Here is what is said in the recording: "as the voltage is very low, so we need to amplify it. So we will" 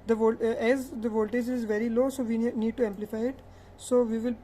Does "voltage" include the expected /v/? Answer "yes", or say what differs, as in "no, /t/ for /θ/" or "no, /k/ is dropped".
yes